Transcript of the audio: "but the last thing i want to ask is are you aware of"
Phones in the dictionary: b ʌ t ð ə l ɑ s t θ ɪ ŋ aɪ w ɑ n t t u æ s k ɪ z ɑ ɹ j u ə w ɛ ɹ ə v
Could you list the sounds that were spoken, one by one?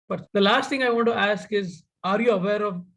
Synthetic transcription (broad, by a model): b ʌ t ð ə l ɑ s t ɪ ŋ aɪ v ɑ n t t u æ s k ɪ z ɑ ɹ j u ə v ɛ ɹ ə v